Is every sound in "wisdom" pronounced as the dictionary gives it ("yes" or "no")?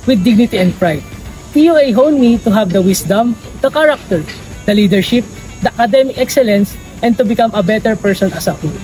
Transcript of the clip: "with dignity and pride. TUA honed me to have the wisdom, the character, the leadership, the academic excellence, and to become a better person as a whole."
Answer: no